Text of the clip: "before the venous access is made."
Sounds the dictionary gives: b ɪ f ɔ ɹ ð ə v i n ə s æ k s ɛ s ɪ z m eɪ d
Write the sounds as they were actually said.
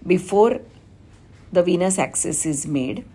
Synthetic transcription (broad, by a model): b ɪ f ɔ ɹ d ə v i n ə s æ k s ɛ s ɪ z m eɪ d